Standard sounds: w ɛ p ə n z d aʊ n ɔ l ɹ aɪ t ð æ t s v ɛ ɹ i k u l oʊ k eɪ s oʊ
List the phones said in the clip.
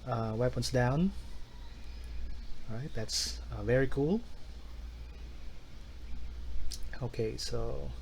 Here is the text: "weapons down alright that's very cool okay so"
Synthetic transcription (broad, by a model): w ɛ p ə n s d aʊ n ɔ ɹ aɪ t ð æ t s v ɛ ɹ i k u l oʊ k eɪ s oʊ